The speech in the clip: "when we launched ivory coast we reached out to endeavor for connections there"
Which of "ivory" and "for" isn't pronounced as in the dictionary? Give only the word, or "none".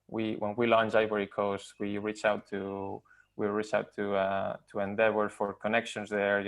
ivory